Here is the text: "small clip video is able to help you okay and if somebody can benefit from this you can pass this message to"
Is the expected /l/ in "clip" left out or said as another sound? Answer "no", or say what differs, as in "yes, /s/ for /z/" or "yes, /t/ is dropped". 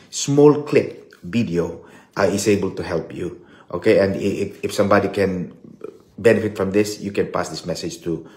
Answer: no